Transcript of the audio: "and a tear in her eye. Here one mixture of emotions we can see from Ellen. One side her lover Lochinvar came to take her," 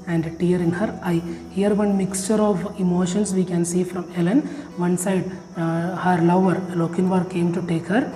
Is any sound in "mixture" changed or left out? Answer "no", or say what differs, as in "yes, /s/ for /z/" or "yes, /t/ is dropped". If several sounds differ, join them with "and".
no